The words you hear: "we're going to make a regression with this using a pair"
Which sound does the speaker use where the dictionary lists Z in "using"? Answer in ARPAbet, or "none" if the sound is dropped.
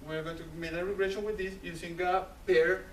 S